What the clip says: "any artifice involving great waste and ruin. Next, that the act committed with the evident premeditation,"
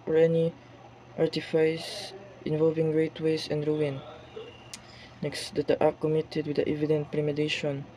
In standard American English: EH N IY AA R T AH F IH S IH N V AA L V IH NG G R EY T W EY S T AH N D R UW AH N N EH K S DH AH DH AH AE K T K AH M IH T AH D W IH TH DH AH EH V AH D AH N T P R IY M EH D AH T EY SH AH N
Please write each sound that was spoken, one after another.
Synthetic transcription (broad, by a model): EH N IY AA R T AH F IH S IH N V AA L V IH NG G R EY T W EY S AH N D R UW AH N N EH K S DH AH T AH T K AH M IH T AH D W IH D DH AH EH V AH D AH N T P R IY M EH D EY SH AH N